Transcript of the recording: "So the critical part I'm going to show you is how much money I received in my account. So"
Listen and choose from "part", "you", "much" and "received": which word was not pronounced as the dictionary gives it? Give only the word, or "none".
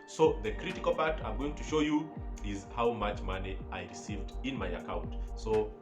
none